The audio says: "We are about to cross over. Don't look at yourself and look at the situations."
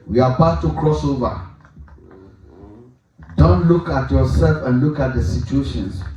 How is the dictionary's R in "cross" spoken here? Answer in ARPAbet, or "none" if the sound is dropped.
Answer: R